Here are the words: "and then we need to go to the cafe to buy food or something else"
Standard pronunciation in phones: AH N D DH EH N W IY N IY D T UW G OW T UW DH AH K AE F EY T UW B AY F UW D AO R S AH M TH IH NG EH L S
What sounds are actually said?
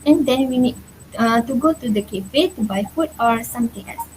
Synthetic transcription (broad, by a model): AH N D EH N W IY N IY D T UW G OW T UW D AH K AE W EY T UW B AY F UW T AO R S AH M T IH NG EH L S